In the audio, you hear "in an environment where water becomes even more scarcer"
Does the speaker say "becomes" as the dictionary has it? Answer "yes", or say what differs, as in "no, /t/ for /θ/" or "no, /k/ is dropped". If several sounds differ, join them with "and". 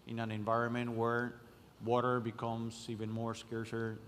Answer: no, /s/ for /z/